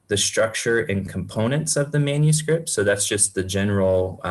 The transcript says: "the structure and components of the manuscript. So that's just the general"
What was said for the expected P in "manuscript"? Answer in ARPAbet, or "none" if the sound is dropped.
P